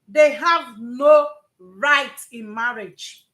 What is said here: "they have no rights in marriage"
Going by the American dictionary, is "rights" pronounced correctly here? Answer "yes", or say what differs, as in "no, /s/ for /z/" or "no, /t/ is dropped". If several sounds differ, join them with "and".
no, /s/ is dropped